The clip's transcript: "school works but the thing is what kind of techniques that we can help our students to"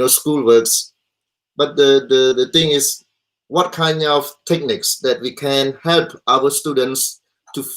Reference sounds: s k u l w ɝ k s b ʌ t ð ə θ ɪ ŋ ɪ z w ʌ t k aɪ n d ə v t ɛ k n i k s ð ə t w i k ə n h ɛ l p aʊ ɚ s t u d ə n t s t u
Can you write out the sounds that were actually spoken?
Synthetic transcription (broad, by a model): s k u l w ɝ k s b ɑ t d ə t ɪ ŋ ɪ s w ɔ t k aɪ n d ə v t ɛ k n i k s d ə t w i k ə n h ɛ l p aʊ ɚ s t u d ə n t s t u